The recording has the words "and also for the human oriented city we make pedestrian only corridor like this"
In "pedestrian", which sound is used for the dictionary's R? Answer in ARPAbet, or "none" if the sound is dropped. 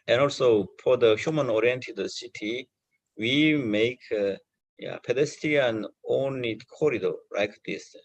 none